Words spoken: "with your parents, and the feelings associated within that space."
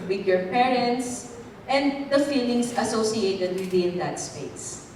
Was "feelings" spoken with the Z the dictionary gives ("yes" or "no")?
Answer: no